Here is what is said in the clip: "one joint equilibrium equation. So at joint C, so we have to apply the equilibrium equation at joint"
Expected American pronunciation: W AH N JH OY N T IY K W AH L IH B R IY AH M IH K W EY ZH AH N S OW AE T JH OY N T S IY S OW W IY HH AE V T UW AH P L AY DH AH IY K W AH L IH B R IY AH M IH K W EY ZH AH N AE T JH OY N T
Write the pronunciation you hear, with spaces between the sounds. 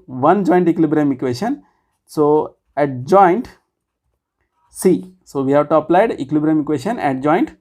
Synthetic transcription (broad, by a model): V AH N JH OY N T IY K L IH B R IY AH M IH K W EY SH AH N S OW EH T JH OY N T S IY S OW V IY HH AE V T UW AH P L AY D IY K L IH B R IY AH M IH K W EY SH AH N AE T JH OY N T